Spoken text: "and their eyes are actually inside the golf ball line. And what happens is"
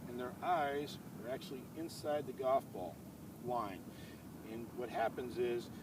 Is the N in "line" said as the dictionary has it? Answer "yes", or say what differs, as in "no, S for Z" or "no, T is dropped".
yes